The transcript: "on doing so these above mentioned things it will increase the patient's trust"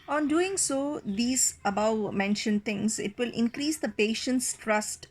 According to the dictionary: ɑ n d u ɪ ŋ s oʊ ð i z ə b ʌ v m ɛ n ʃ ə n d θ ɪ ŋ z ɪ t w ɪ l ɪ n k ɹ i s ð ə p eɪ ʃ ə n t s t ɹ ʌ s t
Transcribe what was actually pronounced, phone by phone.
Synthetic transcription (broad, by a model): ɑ n d u ɪ ŋ s oʊ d i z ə b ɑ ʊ m ɛ n ʃ ə n d t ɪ ŋ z ɪ t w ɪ l ɪ n k ɹ i s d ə p eɪ ʃ ə n t s t ɹ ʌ s t